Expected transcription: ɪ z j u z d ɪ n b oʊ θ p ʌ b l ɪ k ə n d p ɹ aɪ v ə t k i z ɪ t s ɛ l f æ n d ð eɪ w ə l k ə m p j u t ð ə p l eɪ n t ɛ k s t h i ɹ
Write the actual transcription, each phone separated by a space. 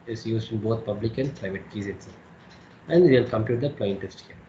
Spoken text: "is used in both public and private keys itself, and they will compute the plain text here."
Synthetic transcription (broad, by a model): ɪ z j u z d ɪ n b oʊ t p ʌ b l ɪ k ə n d p ɹ aɪ v ə t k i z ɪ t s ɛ æ n d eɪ l k ə m p j u t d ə p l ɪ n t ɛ s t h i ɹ